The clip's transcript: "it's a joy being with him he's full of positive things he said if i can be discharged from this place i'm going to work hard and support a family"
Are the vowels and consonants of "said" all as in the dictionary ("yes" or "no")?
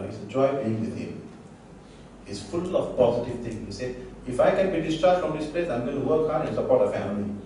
no